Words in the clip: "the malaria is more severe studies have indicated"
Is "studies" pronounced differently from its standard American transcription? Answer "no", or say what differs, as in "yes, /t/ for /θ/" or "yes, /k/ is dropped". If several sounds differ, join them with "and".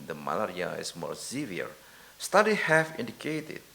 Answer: yes, /z/ is dropped